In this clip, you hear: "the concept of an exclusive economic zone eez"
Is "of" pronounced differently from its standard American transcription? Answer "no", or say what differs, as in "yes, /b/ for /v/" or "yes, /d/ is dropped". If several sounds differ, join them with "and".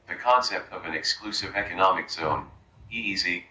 no